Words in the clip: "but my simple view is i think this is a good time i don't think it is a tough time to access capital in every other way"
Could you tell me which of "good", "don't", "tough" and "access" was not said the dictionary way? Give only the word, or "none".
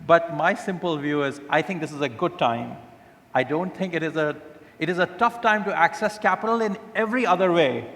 none